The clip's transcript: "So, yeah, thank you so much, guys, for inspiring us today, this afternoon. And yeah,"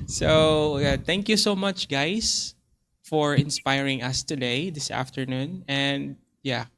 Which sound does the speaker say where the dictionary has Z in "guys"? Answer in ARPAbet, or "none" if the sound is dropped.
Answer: S